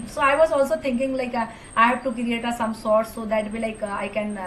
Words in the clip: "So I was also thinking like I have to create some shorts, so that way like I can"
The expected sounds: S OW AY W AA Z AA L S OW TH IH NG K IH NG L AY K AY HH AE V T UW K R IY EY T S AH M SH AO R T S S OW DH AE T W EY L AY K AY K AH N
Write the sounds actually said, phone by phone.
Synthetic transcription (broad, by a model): S OW AY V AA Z AA L S OW T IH NG K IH NG L AY K AY HH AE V T UW K R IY EY T S AH M S AO R T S S OW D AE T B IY L AY K AY K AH N